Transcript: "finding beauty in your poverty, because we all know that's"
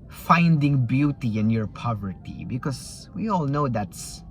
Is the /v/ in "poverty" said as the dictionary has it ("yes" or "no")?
yes